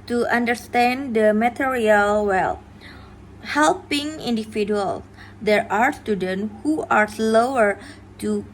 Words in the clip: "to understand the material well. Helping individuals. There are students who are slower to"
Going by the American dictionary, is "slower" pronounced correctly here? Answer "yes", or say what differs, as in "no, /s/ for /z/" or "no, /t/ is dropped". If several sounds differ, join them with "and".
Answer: yes